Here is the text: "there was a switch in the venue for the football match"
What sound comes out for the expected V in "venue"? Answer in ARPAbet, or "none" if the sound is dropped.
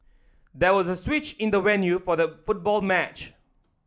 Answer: W